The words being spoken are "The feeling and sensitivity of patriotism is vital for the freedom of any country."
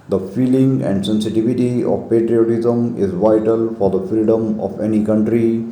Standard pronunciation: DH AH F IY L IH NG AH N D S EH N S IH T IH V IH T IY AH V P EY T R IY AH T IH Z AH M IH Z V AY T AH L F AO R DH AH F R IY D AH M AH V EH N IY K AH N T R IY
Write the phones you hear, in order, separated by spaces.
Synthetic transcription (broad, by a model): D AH F IY L IH NG AH N D S EH N S IH T IH V IH T IY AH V P EY T R IY AH T IH Z AH M IH Z V AY T AH L F AO R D AH F R IY D AH M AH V EH N IY K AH N T R IY